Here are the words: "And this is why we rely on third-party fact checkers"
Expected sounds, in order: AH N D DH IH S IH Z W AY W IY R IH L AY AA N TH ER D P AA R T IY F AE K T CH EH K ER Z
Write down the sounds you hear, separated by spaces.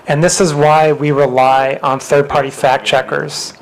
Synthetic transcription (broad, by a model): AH N DH IH S IH Z W AY W IY R IH L AY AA N TH ER D P AA R T IY F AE K CH EH K ER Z